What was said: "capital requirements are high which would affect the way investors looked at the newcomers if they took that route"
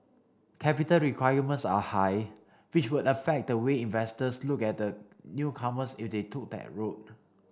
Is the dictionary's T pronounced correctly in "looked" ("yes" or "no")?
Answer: no